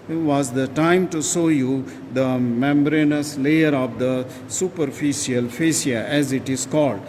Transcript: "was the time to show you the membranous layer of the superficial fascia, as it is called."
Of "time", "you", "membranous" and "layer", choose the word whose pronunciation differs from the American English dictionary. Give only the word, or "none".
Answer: none